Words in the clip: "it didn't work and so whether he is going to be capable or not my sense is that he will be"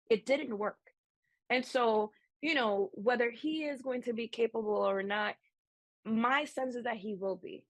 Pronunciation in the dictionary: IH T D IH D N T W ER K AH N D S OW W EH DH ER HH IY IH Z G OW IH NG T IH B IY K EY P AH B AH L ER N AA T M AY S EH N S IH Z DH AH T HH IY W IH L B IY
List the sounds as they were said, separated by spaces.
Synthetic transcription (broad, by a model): IH T D IH D N T W ER K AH N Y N OW W EH DH ER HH IY IH Z G OW IH NG T IH B IY K EY P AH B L L ER N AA T M AY S EH N S IH Z DH AH T HH IY W IH L B IY